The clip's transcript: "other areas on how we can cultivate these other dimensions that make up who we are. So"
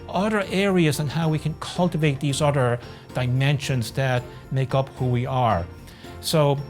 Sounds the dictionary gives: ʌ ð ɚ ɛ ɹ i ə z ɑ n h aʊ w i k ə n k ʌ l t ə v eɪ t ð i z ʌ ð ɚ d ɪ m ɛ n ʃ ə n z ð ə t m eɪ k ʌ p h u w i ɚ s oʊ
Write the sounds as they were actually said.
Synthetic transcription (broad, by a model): ʌ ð ɚ ɛ ɹ i ə z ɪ n h aʊ w i k ə n k ʌ l t ə v eɪ t ð i z ʌ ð ɚ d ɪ m ɛ n ʃ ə n z ð ə t m eɪ k ʌ p h u w i ɚ s oʊ